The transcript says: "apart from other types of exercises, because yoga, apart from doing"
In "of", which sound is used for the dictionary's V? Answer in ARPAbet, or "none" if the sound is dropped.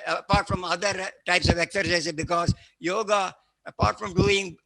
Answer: V